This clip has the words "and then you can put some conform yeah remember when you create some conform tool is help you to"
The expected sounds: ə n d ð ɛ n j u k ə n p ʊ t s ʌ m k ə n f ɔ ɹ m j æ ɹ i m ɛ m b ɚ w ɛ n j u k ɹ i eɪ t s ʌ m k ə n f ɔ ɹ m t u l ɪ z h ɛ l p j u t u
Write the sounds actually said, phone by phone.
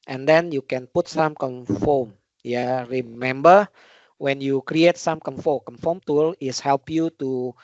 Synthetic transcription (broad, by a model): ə n d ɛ n j u k ə n p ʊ t s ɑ m k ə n f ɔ m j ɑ ɹ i m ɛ m b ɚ w ɛ n j u k ɹ i eɪ t s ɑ m k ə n f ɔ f m t u l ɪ s h ɛ l p j u t u